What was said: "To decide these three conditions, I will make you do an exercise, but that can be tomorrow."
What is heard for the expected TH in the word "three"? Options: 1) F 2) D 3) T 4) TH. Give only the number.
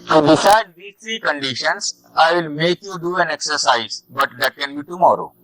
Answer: 3